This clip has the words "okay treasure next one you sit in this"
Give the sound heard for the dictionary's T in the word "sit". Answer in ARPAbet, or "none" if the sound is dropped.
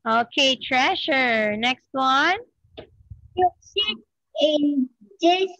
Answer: none